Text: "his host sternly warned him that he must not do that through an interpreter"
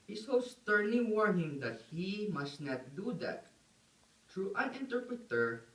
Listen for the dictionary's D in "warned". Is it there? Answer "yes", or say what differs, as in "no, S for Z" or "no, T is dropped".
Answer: no, D is dropped